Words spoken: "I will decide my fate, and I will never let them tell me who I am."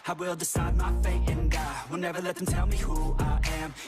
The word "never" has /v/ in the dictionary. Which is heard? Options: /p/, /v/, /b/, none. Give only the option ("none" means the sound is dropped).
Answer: /v/